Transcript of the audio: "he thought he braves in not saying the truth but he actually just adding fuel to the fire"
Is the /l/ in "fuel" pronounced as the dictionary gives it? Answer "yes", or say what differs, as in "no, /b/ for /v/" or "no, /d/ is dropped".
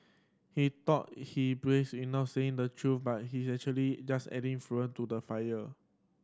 no, /n/ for /l/